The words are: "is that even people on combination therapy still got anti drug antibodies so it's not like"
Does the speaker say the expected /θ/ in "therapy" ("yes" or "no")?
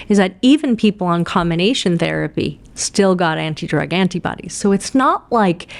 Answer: yes